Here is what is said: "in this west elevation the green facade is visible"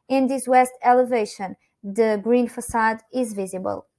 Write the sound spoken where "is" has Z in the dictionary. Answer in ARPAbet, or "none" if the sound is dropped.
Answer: Z